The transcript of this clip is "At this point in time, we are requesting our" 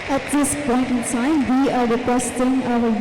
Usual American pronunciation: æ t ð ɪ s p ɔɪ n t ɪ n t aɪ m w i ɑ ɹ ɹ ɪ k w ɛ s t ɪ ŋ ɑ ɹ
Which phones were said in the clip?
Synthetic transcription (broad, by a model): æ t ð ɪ s p ɔɪ n t ɪ n s aɪ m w i ɑ ɹ ɹ ɪ k w ɛ s t ɪ ŋ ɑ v